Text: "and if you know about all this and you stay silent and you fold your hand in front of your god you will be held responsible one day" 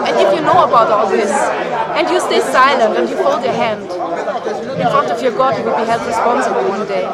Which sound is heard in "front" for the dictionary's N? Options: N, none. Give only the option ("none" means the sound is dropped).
none